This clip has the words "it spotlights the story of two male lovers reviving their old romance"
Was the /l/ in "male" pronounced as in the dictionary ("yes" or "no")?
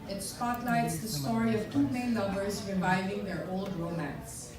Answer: no